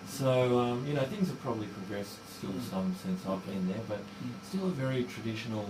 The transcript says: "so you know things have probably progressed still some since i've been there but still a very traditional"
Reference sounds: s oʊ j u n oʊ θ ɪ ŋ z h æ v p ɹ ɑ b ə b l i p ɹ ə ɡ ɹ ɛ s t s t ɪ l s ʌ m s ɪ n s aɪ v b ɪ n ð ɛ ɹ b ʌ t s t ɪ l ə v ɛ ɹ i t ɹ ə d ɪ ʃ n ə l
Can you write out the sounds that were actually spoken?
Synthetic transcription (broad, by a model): s oʊ j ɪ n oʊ θ ɪ ŋ z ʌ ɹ p ɹ ɑ b ə b l i p ɹ ə ɡ ɹ ɛ s t s t ɪ l s ʌ m s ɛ n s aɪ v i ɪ n ð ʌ ɹ b ʌ t s t ɪ l ə v ɛ ɹ i t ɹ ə d ɪ ʃ n l